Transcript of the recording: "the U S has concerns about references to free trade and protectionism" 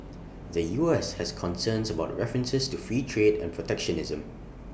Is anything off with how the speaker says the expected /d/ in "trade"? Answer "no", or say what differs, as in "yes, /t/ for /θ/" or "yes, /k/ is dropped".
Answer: no